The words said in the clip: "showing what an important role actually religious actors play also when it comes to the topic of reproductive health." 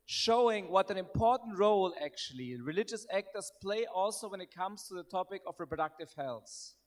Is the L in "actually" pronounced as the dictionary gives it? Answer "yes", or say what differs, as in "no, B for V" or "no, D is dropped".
yes